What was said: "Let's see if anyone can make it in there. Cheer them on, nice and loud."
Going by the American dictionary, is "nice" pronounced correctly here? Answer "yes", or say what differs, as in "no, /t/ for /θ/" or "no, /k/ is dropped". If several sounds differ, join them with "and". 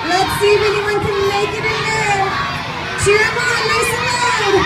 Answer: no, /l/ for /n/